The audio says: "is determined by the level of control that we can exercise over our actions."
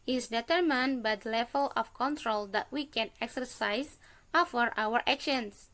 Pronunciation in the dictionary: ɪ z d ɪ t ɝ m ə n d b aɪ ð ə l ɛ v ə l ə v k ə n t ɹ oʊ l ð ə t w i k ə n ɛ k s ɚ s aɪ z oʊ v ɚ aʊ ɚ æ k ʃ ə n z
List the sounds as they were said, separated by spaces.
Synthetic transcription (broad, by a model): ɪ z d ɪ t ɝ m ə n b aɪ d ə l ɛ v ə l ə f k ə n t ɹ oʊ l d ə t w i k ə n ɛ k s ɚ s aɪ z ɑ f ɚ aʊ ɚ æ k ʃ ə n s